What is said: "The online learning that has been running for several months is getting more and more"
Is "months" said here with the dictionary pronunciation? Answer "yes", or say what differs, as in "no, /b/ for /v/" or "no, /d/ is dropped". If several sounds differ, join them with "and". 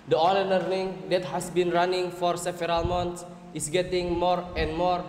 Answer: no, /t/ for /θ/